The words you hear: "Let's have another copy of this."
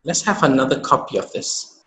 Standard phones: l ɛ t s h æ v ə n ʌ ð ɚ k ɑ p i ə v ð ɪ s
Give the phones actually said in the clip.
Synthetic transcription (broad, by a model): l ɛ t s h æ v ə n ʌ ð ɚ k ɑ p i ə v ð ɪ s